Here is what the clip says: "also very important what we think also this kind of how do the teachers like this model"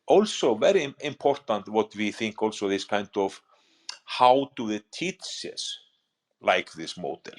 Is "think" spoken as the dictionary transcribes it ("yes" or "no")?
yes